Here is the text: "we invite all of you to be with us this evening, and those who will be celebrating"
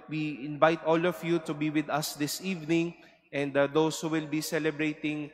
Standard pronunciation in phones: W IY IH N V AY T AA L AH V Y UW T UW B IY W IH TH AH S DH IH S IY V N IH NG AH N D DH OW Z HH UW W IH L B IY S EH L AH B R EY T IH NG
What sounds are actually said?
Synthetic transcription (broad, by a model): W IY IH N V AY T AA L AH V Y UW T UW B IY W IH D AH S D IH S IY V N IH NG AH N D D OW S HH UW W IH L B IY S EH L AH B R EY T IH NG